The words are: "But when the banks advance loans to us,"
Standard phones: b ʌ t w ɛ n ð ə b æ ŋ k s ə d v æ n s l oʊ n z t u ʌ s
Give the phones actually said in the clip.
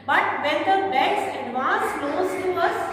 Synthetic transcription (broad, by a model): b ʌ t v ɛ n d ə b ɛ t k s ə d v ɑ n s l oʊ z t u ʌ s